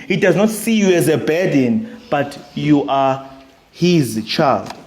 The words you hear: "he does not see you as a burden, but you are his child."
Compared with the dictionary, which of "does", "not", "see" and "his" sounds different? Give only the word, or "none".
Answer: none